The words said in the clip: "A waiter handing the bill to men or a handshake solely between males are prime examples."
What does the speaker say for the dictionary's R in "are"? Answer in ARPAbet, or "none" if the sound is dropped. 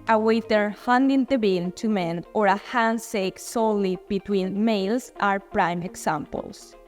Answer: R